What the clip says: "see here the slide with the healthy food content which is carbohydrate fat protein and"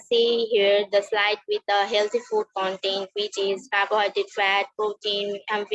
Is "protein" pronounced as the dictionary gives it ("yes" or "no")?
yes